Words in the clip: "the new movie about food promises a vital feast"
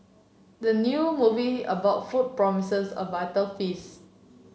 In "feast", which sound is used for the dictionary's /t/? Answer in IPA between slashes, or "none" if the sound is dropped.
none